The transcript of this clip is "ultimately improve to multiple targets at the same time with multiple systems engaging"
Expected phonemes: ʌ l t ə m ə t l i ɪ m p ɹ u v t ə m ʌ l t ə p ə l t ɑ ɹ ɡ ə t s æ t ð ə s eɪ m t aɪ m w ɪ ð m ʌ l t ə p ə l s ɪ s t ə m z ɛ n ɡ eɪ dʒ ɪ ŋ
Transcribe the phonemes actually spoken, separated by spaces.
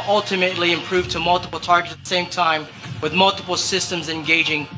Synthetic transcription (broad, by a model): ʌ l t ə m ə t l i ɪ m p ɹ u v t ə m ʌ l t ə p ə l t ɑ ɹ ɡ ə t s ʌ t ð ə s eɪ m t aɪ m w ɪ ð m ʌ l t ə p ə l s ɪ s t ə m z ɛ n ɡ eɪ dʒ ɪ ŋ